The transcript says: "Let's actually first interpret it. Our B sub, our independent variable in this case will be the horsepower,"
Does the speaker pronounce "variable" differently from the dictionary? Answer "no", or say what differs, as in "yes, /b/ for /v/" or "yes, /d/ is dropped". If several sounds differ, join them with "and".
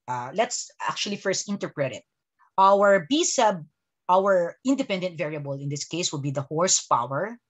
no